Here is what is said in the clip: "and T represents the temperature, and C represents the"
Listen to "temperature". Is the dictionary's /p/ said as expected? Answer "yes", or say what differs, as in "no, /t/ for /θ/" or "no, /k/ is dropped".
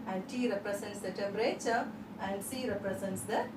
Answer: no, /p/ is dropped